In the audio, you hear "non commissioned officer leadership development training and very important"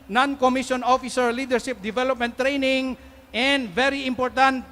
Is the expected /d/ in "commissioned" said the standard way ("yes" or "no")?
no